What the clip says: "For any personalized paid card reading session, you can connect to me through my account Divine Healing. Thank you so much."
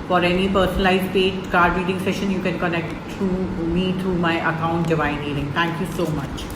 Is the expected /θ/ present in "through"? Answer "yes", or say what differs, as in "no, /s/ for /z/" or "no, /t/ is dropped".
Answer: no, /t/ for /θ/